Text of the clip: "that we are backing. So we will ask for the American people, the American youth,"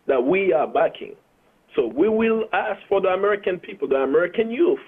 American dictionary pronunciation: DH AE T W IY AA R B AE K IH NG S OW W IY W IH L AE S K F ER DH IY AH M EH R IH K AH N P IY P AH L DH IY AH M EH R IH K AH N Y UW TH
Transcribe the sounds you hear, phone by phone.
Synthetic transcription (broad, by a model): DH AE T W IY AA R B AE K IH NG S OW W IY W IH L AE S K F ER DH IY AH M EH R IH K AH N P IY P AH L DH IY AH M EH R IH K AH N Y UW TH